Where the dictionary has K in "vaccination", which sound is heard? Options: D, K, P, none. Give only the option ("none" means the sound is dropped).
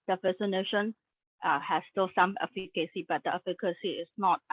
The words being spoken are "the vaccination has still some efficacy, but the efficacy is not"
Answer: none